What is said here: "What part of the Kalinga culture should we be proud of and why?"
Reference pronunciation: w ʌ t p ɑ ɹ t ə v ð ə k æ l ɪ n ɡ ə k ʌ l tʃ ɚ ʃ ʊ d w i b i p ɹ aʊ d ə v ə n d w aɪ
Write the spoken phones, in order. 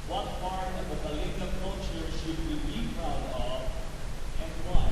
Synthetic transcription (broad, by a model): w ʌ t f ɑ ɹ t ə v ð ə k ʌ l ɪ ɡ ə k ʌ l tʃ ɚ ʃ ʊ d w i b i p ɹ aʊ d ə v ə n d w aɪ